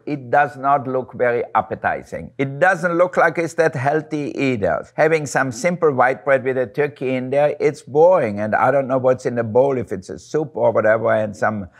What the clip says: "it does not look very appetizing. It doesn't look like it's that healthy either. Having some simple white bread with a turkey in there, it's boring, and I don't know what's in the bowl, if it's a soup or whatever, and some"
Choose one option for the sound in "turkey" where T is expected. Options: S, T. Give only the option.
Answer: T